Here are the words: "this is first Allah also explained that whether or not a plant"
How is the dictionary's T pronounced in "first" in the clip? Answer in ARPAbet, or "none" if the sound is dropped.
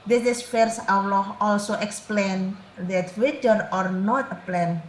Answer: none